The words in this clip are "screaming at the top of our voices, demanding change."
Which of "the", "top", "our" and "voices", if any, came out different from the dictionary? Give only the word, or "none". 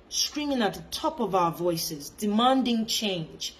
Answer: none